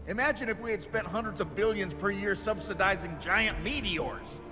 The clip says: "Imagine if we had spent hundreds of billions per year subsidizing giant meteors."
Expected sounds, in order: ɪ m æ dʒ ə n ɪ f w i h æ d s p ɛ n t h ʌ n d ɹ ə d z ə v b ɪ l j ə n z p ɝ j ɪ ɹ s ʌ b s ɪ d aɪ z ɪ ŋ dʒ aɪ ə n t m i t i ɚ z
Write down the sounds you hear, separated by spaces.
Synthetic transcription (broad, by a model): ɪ m æ dʒ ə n ɪ f w i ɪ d s p ɛ n t h ʌ n d ɹ ə d z ə v b ɪ l j ə n z p ɝ j ɪ ɹ s ʌ b s ɪ d aɪ z ɪ ŋ dʒ aɪ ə n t m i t i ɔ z